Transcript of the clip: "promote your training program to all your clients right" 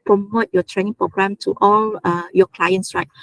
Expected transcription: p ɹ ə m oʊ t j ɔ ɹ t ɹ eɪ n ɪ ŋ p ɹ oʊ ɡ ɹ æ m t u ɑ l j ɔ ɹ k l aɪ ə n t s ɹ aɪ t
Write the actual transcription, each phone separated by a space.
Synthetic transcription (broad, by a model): p ɹ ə m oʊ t j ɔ t ɹ eɪ n ɪ ŋ p ɹ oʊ ɡ ɹ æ m t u ɑ l j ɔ k l aɪ ə n t s ɹ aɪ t